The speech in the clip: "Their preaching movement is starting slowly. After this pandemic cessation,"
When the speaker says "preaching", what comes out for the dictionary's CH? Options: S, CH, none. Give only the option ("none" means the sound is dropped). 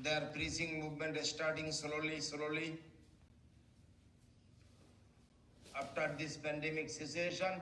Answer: S